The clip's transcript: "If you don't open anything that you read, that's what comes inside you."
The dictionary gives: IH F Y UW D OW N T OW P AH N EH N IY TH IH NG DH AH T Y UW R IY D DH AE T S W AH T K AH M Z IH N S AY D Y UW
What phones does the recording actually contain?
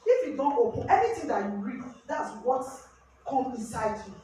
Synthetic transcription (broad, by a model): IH F Y UW D OW N T OW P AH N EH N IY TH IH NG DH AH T Y UW R IY D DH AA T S W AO T K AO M IH N S AY D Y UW